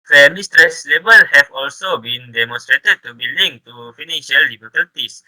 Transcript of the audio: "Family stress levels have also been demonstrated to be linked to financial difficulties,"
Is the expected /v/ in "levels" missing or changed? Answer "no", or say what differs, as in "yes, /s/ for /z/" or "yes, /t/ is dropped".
yes, /b/ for /v/